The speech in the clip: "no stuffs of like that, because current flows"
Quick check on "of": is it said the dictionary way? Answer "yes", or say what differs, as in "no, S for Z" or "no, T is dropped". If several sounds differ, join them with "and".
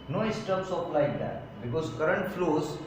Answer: no, P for V